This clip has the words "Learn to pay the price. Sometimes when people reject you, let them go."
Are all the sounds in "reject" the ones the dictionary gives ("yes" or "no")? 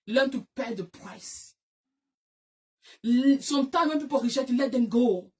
no